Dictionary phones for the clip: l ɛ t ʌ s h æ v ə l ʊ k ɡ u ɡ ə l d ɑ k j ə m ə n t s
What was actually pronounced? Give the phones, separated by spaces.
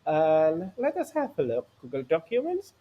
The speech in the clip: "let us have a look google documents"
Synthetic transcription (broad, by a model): l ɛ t ʌ s h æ p ə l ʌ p ɡ u ɡ ə l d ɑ k j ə m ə n t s